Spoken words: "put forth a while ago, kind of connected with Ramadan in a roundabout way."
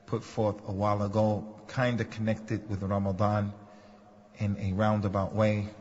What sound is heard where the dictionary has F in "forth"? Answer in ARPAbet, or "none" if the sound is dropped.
F